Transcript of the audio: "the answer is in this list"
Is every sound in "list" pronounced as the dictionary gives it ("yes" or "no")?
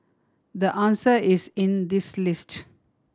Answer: yes